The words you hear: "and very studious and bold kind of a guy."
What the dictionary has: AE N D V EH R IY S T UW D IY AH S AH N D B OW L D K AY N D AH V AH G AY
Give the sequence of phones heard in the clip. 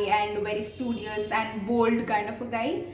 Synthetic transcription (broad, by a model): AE N D V EH R IY S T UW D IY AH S AH N D B OW L D K AY N D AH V AH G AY